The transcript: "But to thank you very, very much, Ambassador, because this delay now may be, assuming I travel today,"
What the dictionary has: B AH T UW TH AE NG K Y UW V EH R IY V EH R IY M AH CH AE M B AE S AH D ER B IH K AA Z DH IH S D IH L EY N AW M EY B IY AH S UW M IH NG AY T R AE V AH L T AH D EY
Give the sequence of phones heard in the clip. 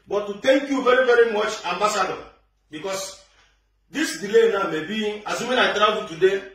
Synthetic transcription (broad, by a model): B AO T UW T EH NG K Y UW V EH R IY V EH R IY M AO CH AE M B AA S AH D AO B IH K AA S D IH S D IH L EY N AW M EY B IY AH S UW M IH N AY T R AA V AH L T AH D EY